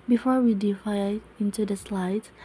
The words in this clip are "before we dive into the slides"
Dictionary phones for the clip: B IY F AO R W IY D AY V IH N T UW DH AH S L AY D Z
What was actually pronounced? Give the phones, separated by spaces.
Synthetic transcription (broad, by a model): B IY F AO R W IY D AY IH N T UW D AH S L AY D